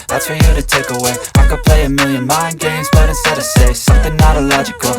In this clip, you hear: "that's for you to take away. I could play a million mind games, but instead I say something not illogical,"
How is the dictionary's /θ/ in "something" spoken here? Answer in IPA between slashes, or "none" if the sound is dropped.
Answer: /θ/